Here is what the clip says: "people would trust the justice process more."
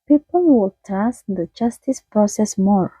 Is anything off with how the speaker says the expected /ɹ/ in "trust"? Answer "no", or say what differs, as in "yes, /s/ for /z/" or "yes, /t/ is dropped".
yes, /ɹ/ is dropped